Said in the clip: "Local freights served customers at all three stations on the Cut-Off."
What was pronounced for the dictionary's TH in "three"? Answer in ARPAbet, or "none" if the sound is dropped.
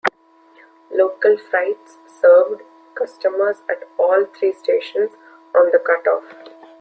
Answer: T